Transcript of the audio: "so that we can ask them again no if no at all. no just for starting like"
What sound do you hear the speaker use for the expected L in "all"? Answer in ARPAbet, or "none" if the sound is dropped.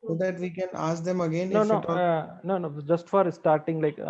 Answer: N